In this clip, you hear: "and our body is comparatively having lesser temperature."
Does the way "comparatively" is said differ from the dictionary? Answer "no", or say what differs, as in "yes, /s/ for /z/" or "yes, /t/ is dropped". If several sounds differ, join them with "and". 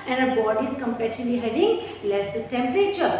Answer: yes, /v/ is dropped